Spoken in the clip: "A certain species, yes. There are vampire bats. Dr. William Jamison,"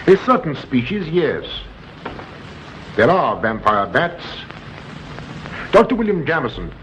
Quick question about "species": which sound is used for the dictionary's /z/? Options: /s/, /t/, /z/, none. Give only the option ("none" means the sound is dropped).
/z/